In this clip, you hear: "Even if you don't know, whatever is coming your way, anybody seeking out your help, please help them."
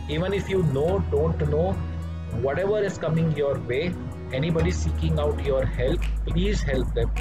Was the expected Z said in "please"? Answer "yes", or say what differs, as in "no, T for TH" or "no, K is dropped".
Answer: yes